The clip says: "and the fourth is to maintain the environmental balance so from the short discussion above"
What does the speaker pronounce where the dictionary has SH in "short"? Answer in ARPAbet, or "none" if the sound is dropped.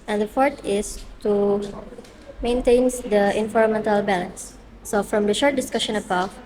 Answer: SH